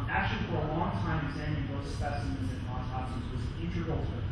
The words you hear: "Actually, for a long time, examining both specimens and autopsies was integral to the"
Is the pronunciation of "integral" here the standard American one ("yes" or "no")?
no